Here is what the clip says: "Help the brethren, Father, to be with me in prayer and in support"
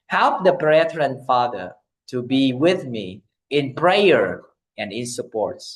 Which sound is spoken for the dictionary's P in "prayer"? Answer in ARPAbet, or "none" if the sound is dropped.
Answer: P